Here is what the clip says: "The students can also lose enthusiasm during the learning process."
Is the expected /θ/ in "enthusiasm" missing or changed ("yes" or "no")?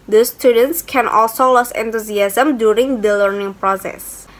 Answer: yes